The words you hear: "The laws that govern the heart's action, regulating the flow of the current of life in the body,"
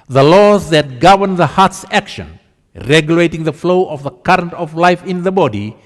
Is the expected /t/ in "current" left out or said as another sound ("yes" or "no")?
no